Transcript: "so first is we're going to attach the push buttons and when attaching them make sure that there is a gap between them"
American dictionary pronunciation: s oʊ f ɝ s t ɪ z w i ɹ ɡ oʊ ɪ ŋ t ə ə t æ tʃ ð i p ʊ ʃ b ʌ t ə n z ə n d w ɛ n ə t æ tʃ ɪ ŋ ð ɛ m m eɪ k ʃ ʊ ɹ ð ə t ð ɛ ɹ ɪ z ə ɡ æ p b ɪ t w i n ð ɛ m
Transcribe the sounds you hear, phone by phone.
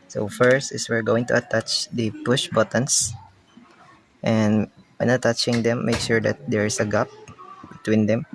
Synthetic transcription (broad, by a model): s oʊ f ɝ s t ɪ s w i ɹ ɡ oʊ ɪ ŋ t ə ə t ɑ tʃ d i p ʊ ʃ b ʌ t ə n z ə n d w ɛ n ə t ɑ tʃ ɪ ŋ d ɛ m m eɪ k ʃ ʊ ɹ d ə t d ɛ ɹ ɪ s ə ɡ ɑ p b ɪ t w i n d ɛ m